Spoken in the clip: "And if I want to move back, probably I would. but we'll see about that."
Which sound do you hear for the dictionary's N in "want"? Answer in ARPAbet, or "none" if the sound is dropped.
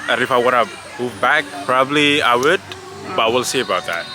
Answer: none